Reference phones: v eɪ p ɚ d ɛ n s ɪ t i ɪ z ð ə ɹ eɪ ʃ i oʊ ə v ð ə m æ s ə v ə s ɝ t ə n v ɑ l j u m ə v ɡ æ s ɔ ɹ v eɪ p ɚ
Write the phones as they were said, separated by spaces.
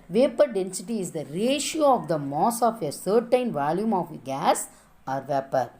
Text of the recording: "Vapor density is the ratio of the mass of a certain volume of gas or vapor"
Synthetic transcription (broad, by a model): v eɪ p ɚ d ɛ n s ɪ t i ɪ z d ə ɹ eɪ ʃ i oʊ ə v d ə m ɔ s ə f ə s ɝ t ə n v ɑ l j u m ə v ɡ æ s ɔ ɹ v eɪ p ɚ